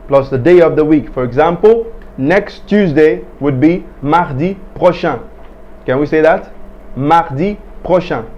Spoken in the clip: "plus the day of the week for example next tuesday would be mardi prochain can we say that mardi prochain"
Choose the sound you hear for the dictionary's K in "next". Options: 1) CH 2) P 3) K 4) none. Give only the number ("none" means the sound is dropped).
3